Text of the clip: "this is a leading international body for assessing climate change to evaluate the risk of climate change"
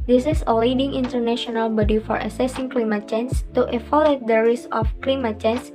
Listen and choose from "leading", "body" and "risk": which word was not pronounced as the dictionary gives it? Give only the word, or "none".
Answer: risk